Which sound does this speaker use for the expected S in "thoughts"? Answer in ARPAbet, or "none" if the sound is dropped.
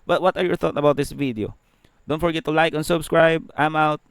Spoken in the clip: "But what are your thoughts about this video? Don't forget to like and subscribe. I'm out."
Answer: none